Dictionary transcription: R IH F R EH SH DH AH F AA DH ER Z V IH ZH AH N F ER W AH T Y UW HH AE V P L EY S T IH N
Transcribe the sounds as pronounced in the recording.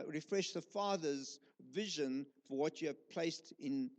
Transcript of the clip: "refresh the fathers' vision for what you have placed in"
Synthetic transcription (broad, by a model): R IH F R EH SH DH AH F AA DH ER Z V IH ZH AH N F ER W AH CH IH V P L EY S T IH N